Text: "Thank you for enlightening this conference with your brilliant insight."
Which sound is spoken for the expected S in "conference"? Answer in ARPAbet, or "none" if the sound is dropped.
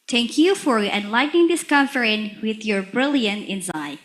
none